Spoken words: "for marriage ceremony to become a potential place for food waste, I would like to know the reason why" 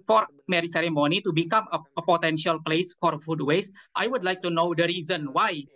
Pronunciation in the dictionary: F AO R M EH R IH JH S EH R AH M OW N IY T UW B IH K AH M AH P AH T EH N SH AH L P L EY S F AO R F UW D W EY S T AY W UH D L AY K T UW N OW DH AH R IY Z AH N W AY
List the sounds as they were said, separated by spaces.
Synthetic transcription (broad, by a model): F AO R M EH R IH S EH R AH M OW N IY T UW B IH K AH M AH P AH T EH N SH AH L P L EY S F AO R F UW D W EY S T AY W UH D L AY K T UW N OW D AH R IY Z AH N W AY